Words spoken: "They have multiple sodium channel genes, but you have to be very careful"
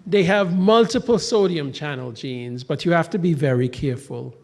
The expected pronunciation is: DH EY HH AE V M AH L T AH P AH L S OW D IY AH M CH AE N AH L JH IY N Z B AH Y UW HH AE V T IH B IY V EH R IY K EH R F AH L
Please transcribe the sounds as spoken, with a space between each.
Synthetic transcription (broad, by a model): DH EY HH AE V M AH L T AH P AH L S OW D IY AH M CH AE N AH L JH IY N Z B AH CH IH HH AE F T IH B IY V EH R IY K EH R F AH L